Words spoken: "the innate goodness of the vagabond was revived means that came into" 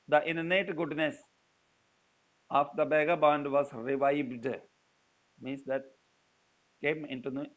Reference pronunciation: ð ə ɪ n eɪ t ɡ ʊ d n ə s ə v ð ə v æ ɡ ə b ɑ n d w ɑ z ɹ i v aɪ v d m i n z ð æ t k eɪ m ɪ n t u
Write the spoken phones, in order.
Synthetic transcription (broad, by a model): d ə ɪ n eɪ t ɡ ʊ d n ə s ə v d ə b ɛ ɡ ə b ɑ n d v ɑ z ɹ i v aɪ v d m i n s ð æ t k eɪ m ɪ n t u